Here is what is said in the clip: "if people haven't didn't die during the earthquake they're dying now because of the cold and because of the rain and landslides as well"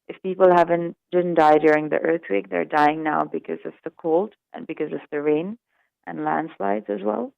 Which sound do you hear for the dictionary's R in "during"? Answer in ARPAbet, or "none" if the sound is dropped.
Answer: R